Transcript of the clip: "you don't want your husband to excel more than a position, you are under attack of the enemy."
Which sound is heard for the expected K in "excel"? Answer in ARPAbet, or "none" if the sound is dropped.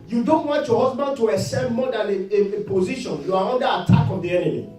none